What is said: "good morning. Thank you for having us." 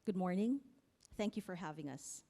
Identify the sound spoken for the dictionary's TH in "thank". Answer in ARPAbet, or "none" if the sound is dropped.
TH